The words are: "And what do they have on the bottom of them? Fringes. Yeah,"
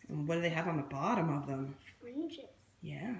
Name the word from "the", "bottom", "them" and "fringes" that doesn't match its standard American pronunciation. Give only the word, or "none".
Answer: fringes